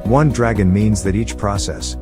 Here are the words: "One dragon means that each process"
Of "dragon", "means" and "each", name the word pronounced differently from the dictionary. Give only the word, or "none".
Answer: none